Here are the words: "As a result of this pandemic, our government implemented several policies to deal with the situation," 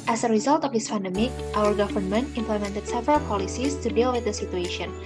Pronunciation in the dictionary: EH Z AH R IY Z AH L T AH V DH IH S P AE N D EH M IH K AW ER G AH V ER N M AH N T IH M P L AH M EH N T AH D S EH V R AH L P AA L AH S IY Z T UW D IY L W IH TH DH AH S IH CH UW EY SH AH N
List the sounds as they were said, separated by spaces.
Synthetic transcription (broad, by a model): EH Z AH R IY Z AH L T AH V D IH S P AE N D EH M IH K AW ER G AH V ER N M AH N T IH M P L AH M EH N T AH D S EH V R AH L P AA L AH S IY S T UW D IY L W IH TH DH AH S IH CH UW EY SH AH N